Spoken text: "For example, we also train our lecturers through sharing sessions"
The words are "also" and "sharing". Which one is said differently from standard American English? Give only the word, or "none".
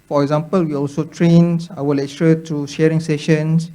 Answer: none